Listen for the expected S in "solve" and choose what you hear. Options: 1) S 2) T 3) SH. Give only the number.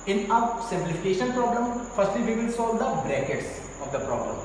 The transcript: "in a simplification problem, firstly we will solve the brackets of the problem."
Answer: 1